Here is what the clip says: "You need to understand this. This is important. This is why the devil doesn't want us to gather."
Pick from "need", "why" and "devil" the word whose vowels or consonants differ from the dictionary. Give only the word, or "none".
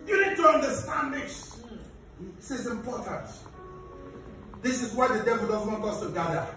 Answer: none